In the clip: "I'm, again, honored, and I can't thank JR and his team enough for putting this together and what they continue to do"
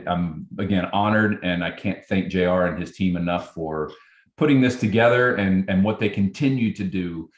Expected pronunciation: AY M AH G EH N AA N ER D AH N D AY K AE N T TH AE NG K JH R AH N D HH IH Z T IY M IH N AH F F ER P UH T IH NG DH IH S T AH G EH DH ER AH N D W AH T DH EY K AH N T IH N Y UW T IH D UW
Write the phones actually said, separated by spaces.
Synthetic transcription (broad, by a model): AY M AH G EH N AA N ER D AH N AY K AE N TH AE NG K ZH R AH N IH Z T IY M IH N AH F F ER P UH T IH NG DH IH S T AH G EH DH ER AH N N W AH T DH EY K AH N T IH N Y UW T IH D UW